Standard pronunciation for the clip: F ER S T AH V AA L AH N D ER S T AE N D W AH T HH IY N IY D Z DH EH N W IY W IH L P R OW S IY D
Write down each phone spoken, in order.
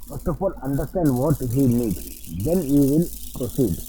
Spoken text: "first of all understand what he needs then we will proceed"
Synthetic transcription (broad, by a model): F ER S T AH P AA L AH N D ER S T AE N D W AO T HH IY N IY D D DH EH N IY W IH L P R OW S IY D